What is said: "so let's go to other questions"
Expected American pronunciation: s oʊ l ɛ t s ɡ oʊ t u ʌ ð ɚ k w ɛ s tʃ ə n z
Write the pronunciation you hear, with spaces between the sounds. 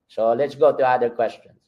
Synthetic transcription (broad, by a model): s oʊ l ɛ t s ɡ oʊ t u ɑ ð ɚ k w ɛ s tʃ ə n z